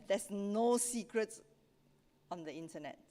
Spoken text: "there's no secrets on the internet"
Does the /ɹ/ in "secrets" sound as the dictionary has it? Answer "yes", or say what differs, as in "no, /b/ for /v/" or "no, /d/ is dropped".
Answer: yes